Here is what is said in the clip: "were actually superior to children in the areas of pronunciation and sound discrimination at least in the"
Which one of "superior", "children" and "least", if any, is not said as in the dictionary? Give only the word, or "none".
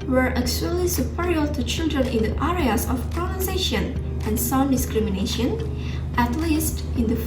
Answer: none